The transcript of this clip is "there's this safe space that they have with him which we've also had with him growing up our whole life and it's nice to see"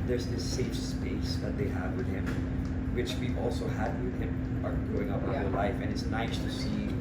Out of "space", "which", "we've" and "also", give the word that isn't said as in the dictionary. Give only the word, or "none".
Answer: we've